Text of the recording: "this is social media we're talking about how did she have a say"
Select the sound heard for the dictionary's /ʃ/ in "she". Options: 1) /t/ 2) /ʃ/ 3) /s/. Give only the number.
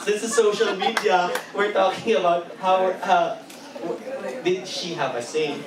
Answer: 2